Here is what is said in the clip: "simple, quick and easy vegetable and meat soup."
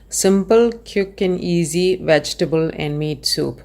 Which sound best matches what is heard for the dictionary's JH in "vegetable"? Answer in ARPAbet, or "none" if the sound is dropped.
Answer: JH